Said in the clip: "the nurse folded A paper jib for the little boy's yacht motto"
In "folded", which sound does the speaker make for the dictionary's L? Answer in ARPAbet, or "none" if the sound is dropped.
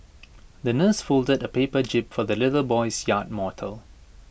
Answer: L